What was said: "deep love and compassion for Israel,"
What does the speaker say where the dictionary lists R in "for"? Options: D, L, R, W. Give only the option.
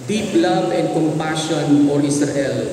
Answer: L